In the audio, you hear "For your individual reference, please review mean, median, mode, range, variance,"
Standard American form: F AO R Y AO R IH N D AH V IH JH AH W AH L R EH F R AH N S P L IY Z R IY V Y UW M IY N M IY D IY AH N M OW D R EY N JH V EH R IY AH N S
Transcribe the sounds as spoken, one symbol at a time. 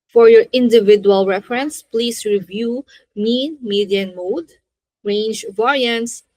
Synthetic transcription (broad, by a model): F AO R Y AO R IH N D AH V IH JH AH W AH L R EH F R AH N S P L IY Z R IY V Y UW M IY N M IY D IY AH N M OW D R EY N JH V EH R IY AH N S